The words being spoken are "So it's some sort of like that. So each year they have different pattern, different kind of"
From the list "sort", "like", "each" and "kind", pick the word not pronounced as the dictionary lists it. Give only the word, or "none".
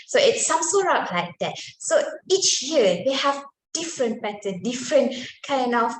sort